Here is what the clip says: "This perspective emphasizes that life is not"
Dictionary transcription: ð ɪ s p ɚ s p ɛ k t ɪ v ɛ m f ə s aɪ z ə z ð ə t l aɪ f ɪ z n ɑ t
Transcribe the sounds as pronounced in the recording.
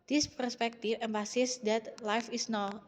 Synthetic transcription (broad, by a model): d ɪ s p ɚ s p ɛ k t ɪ f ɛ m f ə s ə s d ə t l aɪ f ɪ s n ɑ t